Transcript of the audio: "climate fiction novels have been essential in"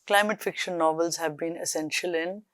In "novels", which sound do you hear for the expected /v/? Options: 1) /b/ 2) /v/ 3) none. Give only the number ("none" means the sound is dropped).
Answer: 2